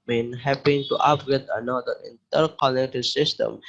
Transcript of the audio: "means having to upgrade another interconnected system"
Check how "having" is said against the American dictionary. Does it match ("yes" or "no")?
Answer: no